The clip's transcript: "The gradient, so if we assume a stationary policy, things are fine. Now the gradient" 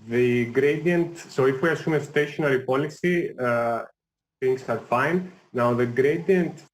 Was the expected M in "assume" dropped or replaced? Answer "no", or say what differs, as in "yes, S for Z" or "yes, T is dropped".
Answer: no